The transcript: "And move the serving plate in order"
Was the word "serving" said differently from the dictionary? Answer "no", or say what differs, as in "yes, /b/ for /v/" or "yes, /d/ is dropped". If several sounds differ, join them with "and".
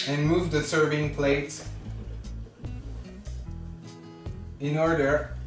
no